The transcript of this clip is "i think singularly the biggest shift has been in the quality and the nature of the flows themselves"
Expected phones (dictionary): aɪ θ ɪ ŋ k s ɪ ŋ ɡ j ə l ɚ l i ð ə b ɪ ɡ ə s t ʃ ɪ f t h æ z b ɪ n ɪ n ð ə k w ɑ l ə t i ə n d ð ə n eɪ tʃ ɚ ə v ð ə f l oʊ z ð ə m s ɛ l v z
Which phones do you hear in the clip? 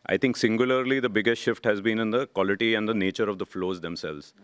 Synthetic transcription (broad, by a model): aɪ t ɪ ŋ k s ɪ ŋ ɡ j ə l ɚ l i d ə b ɪ ɡ ə s t ʃ ɪ f t h æ z b ɪ n ɪ n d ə k w ɑ l ə t i ə n d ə n eɪ tʃ ɚ ə v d ə f l oʊ z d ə m s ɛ l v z